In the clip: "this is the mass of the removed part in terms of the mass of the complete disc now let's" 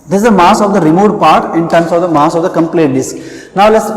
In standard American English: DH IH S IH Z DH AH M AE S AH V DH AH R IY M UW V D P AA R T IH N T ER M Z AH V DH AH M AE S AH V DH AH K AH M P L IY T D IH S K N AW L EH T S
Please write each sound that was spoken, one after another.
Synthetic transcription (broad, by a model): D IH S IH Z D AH M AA S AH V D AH R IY M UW D P AA R T IH N T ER M S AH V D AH M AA S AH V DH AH K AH M P L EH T D IH S K N AW L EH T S